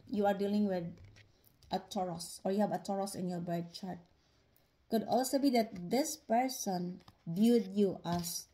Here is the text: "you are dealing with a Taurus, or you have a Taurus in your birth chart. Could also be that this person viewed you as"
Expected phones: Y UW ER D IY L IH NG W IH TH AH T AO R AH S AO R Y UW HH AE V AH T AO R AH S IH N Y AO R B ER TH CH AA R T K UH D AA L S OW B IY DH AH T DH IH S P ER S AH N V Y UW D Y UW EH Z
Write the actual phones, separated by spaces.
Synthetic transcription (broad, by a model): Y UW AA D IY L IH NG W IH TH AH T AO R AH S AO R Y UW HH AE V AH T AO R AH S IH N Y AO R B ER T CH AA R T K UH D AA L S OW B IY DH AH T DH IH S P ER S AH N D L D Y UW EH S